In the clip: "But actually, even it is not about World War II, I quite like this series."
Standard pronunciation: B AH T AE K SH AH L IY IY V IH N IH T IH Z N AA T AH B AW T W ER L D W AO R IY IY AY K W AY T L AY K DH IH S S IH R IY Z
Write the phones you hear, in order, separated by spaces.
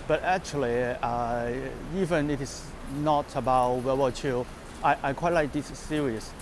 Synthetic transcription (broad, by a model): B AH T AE K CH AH L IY IY V IH N IH T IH S N AA T AH B AW T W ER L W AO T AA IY AY K W AY T L AY K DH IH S S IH R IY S